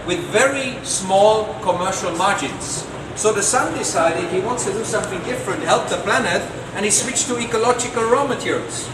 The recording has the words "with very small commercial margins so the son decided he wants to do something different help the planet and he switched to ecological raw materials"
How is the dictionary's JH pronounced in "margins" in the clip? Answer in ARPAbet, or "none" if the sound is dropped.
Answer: JH